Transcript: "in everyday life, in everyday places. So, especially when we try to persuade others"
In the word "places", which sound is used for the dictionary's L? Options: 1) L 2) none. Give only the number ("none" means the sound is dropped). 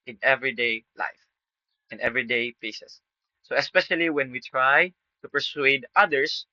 2